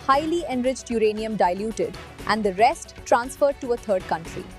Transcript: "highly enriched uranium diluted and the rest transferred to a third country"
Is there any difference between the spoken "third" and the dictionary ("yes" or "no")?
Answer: yes